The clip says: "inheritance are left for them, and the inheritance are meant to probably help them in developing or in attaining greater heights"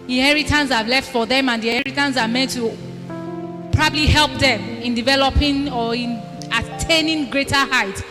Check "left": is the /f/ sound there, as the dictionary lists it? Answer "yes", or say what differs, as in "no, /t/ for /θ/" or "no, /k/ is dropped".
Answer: yes